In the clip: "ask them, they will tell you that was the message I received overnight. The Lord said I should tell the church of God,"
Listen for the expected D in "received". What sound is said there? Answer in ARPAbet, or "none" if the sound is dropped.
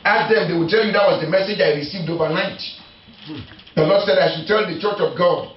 D